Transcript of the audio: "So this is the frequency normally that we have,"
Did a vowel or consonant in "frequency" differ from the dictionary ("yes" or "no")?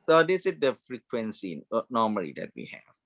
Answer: no